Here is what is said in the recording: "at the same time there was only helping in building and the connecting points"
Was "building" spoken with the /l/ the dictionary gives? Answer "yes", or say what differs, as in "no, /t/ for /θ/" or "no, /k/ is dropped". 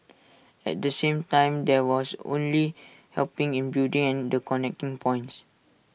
no, /l/ is dropped